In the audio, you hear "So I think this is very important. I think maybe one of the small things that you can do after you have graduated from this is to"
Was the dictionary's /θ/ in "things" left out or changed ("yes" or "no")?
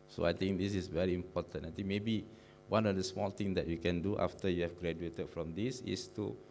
yes